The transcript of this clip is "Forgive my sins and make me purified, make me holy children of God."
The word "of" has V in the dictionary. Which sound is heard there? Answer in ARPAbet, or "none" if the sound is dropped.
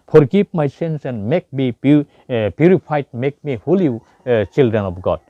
P